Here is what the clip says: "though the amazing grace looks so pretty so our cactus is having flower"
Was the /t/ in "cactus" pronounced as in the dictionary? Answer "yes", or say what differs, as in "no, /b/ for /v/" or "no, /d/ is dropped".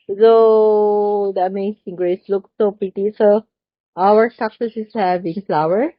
no, /s/ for /t/